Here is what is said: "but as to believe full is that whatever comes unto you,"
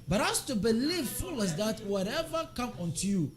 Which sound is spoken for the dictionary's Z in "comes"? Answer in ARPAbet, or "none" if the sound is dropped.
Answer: none